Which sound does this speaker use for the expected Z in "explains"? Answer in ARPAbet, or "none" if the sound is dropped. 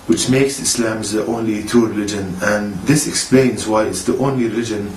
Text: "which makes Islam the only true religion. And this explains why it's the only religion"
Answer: Z